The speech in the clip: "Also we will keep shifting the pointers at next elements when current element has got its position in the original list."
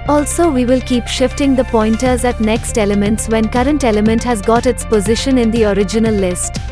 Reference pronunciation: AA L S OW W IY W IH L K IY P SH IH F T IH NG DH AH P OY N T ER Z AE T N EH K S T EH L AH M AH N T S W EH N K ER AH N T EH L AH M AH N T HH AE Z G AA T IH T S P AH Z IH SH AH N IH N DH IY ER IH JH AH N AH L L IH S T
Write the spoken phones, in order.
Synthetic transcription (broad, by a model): AA L S OW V IY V IH L K IY P SH IH F T IH NG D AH P OY N T ER Z AE T N EH K S T EH L AH M AH N T S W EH N K ER AH N T EH L AH M AH N T HH AE Z G AA T IH T S P AH Z IH SH AH N IH N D IY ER IH JH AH N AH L L IH S T